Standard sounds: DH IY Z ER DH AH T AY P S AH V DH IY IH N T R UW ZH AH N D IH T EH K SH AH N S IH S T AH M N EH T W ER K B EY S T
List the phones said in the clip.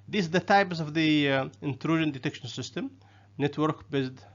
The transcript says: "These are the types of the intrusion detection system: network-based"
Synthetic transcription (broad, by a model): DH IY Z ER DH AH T AY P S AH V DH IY IH N T R UW ZH AH N D IH T EH K SH AH N S IH S T AH M N EH T W ER K B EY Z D